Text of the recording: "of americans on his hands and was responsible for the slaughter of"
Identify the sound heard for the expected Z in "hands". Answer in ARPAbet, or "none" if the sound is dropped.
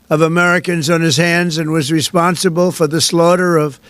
Z